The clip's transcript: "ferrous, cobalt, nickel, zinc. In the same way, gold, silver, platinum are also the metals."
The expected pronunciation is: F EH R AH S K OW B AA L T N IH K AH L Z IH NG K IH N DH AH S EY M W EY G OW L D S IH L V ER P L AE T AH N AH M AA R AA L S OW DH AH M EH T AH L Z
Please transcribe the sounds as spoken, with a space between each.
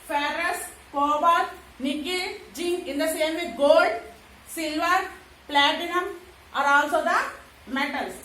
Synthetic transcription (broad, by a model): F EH R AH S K OW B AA T N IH K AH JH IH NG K IH N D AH S EY M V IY G OW L D S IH L V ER P L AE T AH N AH M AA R AA L S OW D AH M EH T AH L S